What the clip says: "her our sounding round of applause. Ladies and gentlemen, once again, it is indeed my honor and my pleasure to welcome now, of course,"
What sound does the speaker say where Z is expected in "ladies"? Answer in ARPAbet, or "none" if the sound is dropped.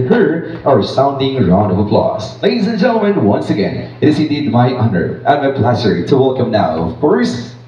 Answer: Z